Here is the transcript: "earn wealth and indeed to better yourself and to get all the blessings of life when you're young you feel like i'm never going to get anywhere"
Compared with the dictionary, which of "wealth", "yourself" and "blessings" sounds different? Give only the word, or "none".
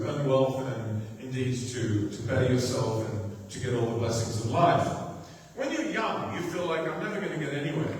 none